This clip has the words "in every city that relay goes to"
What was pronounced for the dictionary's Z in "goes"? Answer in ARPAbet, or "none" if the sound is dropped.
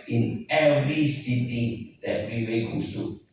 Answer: S